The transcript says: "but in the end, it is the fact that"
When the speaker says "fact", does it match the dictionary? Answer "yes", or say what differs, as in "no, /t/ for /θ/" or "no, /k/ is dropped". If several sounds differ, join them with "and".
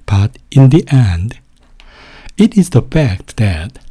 yes